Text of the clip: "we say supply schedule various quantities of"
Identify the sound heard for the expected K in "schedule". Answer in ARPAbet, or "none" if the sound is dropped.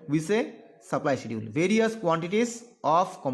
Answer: none